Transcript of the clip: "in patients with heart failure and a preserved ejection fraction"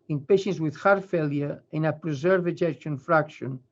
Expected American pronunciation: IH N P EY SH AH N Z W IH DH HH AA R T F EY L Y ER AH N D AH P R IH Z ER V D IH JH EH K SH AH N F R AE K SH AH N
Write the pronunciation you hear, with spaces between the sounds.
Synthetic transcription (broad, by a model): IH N P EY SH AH N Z W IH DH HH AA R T F EY L Y ER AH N AH P R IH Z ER V IH JH EH K SH AH N F R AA K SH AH N